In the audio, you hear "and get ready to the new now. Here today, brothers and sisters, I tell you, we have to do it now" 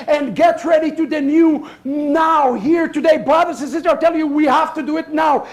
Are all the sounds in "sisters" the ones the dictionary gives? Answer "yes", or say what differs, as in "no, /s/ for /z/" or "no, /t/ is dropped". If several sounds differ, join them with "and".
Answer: no, /z/ is dropped